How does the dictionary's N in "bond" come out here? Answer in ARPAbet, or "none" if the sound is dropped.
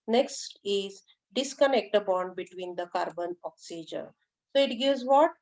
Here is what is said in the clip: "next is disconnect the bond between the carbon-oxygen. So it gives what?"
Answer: N